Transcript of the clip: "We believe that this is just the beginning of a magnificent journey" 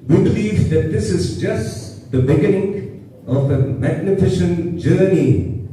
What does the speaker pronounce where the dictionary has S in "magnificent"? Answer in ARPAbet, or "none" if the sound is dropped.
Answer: SH